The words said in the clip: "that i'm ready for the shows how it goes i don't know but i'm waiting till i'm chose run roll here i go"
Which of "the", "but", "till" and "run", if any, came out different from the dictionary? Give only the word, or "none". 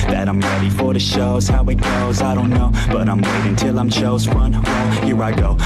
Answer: run